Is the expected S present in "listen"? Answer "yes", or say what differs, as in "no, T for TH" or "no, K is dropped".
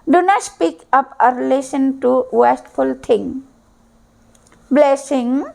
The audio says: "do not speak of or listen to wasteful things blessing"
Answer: no, SH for S